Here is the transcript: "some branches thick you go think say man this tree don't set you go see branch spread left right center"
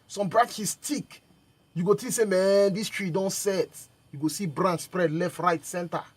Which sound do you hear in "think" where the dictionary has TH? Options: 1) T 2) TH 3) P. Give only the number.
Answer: 1